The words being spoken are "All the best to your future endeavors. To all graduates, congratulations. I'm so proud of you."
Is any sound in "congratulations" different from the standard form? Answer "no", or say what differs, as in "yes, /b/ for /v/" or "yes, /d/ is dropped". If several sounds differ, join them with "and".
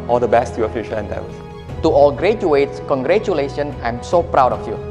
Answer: yes, /z/ is dropped